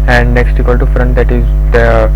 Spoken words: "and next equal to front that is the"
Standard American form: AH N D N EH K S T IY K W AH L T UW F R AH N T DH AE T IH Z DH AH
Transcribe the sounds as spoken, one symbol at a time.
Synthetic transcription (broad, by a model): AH N D N EH K S T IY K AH L T UW F R AH N T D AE T IH Z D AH